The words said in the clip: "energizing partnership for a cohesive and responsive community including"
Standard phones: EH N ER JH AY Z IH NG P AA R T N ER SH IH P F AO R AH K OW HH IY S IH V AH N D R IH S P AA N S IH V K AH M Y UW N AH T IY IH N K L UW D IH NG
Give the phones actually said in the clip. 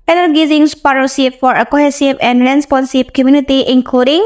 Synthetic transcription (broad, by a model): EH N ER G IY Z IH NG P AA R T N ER S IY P F AO R AH K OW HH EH S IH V AH N D R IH S P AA N S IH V K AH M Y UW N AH T IY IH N K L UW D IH NG